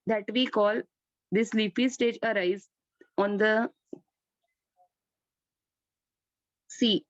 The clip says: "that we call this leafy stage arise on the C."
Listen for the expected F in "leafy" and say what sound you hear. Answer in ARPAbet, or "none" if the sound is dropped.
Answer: P